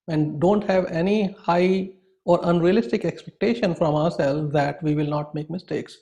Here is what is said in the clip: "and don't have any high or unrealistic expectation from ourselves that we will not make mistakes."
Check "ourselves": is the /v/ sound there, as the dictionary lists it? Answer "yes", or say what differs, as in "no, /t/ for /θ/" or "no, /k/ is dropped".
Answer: no, /v/ is dropped